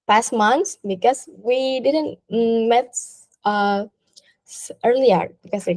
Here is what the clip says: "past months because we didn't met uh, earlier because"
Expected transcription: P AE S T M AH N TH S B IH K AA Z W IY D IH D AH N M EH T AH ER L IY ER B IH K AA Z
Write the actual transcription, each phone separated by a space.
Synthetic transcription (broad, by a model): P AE S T M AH N T S B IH K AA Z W IY D IH D AH N M EH T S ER L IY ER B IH K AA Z